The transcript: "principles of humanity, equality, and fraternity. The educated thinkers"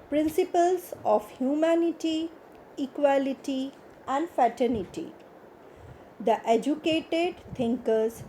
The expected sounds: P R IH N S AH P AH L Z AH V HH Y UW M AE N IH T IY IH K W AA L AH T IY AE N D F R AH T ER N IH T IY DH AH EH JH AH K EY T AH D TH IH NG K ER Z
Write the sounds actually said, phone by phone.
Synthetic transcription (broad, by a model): P R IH N S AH P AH L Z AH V HH Y UW M AE N IH T IY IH K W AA L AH T IY AE N D F AH T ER N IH T IY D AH EH JH AH K EY T AH D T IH NG K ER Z